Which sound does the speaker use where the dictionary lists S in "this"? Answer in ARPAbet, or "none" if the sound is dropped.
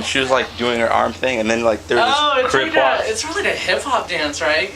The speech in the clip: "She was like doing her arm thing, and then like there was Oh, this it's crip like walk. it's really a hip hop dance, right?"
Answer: none